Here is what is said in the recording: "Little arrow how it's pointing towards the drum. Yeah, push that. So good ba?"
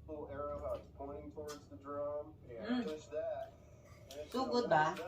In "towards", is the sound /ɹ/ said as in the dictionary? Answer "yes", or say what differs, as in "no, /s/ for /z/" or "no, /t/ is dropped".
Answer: yes